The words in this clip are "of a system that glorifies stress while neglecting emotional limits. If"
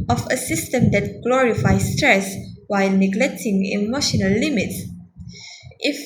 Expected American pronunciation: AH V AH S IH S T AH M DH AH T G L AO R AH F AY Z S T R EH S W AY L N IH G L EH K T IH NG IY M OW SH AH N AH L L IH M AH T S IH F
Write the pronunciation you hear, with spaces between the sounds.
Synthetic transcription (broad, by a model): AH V AH S IH S T AH M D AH T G L AO R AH F AY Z S T R EH S W AY L N IH G L EH K T IH NG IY M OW SH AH N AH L L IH M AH T S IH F